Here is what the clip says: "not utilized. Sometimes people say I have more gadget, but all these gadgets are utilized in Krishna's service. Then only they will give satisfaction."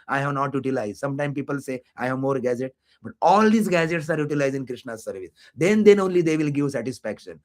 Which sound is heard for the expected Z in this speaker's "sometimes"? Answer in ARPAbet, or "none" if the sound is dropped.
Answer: none